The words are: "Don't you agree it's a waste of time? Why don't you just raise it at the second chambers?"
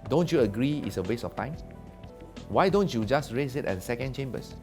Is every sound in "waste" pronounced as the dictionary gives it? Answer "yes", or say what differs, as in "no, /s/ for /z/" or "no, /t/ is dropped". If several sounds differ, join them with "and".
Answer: no, /t/ is dropped